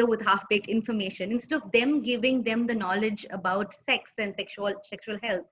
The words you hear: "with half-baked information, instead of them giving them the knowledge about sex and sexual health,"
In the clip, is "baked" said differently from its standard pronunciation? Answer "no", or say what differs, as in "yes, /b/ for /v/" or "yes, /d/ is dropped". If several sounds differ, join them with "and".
yes, /t/ is dropped